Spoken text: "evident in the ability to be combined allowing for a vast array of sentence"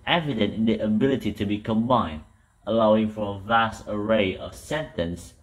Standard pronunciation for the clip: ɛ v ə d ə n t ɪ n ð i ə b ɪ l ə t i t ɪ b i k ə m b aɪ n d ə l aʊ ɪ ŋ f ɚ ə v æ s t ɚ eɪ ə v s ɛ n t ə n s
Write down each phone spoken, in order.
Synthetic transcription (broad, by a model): ɛ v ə d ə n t ɪ n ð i ə b ɪ l ə t i t ɪ b i k ə m b aɪ n d ə l aʊ ɪ ŋ f ɚ ə v æ s t ɚ eɪ ə v s ɛ n t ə n s